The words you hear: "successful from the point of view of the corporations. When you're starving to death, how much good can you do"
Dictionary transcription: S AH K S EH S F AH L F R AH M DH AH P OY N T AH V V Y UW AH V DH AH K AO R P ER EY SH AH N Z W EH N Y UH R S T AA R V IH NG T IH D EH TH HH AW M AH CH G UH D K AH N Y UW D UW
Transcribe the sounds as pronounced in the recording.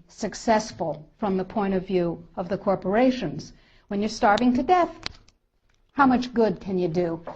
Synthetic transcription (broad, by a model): S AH K S EH S F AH L F R AH M DH AH P OY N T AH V V Y UW AH V DH AH K AO R P ER EY SH AH N Z W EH N Y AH R S T AA R V IH NG T IH D EH TH HH AW M AH CH G UH D K AH N Y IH D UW